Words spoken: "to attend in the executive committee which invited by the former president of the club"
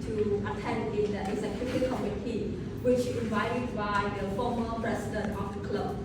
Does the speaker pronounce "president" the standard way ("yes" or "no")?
no